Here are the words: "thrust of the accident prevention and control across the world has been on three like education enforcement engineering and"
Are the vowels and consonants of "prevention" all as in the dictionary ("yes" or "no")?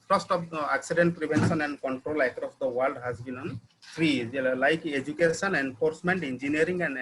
no